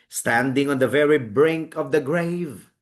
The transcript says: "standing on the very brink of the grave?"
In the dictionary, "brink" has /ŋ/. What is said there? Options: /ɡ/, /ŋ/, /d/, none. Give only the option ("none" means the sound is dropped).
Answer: /ŋ/